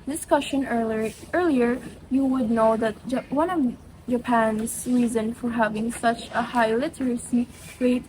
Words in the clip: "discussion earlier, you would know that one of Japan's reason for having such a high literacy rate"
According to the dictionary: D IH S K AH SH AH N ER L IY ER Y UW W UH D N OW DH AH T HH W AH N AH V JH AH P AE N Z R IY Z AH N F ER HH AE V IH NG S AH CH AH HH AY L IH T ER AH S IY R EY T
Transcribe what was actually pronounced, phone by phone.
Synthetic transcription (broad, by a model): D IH S K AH SH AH N ER L IY ER Y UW W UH D N OW DH AH T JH W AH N AH V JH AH P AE N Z R IY Z AH N F ER HH AE V IH NG S AH CH AH HH AY L IH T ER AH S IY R EY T